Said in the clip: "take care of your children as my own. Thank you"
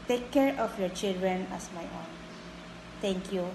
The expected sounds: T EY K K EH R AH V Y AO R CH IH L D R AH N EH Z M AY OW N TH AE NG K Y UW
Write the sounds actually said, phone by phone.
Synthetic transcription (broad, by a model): T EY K K EH R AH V Y AO R CH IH L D R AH N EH S M AY OW N T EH NG K Y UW